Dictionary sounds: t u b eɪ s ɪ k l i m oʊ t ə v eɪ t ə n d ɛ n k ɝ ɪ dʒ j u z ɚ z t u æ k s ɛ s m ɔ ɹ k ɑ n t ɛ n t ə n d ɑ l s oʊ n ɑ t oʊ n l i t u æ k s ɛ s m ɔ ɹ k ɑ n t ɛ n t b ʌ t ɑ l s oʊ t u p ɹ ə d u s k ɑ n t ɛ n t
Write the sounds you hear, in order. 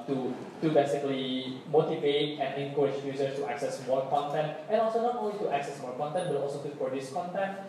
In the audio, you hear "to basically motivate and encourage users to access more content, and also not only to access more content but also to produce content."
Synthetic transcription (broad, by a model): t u b eɪ s ɪ k l i m oʊ t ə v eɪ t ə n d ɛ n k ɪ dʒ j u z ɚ s t u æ k s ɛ s m ɔ ɹ k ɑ n t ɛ n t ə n ɑ l s oʊ n ɑ t oʊ n l i t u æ k s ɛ s m ɔ ɹ k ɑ n t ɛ n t b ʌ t ɑ l s oʊ t u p ə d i s k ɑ n t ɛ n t